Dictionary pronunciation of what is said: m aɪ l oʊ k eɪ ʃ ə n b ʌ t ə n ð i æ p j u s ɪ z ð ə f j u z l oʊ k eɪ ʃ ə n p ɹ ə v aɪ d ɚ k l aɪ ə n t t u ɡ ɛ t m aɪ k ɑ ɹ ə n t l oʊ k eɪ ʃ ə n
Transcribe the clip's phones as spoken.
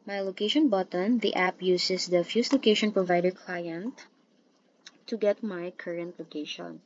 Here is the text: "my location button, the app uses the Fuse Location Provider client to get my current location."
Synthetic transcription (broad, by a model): m aɪ l oʊ k eɪ ʃ ə n b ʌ t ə n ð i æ p j u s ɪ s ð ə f j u s l oʊ k eɪ ʃ ə n p ɹ ə v aɪ d ɚ k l aɪ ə n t t u ɡ ɛ t m aɪ k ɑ ɹ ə n t l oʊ k eɪ ʃ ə n